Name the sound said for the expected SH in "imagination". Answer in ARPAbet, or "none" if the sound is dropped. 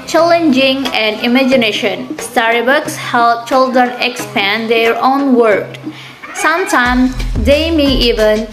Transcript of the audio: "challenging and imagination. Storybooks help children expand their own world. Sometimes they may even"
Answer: SH